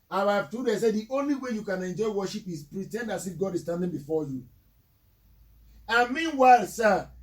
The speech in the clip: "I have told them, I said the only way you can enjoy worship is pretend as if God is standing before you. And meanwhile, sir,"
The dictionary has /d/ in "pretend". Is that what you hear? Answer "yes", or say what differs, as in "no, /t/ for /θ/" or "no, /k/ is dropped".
yes